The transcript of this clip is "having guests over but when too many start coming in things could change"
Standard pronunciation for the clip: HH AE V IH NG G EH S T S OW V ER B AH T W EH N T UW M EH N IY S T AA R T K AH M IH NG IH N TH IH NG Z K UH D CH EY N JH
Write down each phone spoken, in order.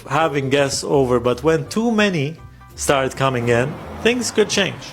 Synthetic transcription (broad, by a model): HH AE V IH NG G EH S T S OW V ER B AH T W EH N T UW M EH N IY S T AA R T K AH M IH NG IH N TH IH NG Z K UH D CH EY N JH